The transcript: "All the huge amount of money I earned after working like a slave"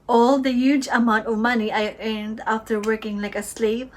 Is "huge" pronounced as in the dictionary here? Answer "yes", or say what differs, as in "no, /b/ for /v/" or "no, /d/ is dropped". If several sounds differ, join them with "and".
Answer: yes